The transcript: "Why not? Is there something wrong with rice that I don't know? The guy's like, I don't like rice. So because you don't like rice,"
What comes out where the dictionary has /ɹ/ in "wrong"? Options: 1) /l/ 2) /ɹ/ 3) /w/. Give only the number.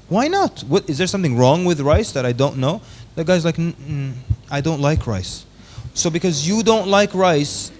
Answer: 2